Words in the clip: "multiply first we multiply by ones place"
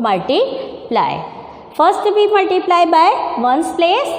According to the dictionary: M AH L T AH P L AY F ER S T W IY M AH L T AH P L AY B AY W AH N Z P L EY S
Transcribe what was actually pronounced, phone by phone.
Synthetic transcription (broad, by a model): M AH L T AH P L AY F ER S T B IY M AH L T AH P L AY B AY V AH N S P L EY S